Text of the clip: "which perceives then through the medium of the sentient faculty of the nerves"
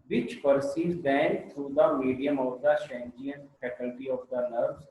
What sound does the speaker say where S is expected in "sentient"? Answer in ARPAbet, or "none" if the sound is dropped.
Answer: SH